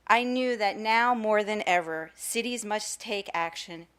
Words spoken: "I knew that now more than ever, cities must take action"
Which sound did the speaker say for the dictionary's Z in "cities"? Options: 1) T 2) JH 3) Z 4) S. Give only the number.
3